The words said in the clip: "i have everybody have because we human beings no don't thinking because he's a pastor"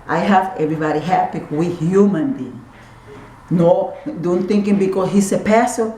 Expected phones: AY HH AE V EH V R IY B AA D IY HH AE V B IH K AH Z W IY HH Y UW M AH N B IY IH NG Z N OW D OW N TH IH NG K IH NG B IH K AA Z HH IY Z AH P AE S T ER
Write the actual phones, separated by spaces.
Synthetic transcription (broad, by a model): AY HH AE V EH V R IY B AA D IY HH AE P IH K W IY HH Y UW M AH N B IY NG N OW D OW N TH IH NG K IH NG B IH K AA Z HH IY S AH P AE S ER